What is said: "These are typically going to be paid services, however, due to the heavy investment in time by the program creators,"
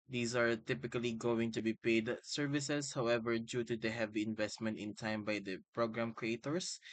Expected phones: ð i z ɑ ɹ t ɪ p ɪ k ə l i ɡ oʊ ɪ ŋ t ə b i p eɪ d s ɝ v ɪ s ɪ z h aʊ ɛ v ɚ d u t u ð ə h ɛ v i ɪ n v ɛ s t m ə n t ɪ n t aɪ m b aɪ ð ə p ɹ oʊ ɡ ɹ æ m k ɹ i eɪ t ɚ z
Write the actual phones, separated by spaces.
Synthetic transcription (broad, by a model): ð i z ɑ ɹ t ɪ p ɪ k ə l i ɡ oʊ ɪ ŋ t ə b i p eɪ d s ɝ v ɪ s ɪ s h aʊ ɛ v ɚ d u t u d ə h ɛ v i ɪ n v ɛ s t m ə n t ɪ n t aɪ m b aɪ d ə p ɹ oʊ ɡ ɹ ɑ m k ɹ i eɪ t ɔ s